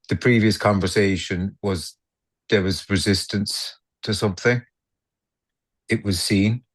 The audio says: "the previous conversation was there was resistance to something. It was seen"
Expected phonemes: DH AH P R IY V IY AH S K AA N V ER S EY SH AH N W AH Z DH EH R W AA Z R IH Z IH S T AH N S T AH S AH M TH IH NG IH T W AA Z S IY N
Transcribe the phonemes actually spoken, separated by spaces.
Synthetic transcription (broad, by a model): DH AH P R IY V IY AH S K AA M V ER S EY SH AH N W AH Z DH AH R W AA Z R IH Z IH S T AH N S T AH S AH M TH IH NG IH T W AA Z S IY N